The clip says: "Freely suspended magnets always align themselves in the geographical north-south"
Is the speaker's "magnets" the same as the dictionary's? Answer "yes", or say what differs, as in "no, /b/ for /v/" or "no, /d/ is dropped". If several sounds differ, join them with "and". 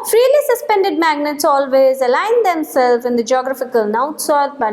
yes